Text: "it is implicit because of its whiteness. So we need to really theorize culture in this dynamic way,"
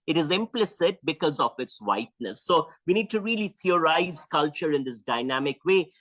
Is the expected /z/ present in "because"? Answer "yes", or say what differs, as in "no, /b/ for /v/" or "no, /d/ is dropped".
yes